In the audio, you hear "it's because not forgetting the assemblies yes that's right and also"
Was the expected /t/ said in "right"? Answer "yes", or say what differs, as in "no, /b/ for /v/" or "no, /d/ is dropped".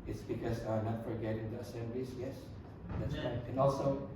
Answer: no, /t/ is dropped